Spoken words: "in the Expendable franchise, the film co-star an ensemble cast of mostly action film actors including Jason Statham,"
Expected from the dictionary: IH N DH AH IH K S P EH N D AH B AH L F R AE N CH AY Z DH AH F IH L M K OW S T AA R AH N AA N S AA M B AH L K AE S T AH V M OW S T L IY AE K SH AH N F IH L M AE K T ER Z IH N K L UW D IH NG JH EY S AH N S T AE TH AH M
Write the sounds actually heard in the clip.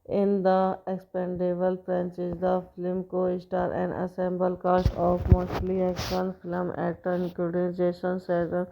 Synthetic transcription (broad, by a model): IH N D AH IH K S P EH N D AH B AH L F R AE N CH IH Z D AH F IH L M K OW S T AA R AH N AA S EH M B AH L K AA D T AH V M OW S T L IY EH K S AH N F IH L M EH T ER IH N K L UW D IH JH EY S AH N S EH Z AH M